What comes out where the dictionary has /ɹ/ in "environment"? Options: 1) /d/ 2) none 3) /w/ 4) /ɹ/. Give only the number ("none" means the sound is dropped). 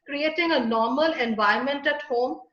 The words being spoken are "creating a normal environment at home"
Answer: 2